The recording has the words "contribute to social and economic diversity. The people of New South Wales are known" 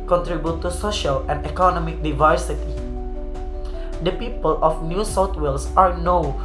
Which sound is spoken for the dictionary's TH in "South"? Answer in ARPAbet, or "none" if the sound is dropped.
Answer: T